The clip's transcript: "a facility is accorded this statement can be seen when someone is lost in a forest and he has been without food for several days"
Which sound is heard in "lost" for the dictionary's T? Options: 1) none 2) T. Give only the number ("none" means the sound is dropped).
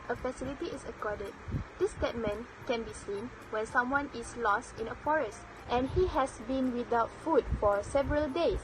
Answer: 2